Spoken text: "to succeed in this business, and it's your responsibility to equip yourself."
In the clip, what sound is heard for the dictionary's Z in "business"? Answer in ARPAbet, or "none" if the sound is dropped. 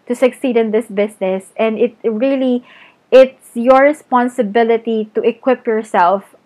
S